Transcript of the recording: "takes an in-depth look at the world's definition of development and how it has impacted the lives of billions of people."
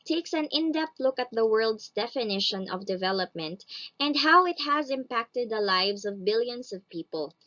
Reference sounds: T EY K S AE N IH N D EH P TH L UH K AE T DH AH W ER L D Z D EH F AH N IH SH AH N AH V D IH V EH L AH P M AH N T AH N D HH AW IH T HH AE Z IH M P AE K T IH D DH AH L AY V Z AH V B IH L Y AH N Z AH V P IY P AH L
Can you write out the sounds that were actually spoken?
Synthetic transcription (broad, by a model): T EY K S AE N IH N D EH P T L UH K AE T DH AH W ER L D S D EH F AH N IH SH AH N AH V D IH V EH L AH P M AH N T AH N D HH AW IH T HH AE Z IH M P AE K T IH D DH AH L AY V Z AH V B IH L Y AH N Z AH V P IY P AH L